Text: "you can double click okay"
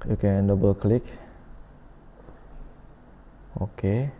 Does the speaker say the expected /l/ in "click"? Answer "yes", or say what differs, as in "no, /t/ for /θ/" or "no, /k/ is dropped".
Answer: yes